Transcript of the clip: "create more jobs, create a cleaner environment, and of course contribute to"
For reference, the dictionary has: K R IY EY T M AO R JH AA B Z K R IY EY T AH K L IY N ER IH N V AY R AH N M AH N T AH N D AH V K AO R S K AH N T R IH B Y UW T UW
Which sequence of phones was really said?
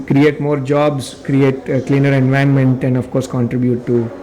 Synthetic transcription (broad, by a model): K R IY EY T M AO R JH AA B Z K R IY EY T K L IY N ER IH N V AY AH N M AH N T AH N D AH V K AO R S K AH N T R IH B Y UW T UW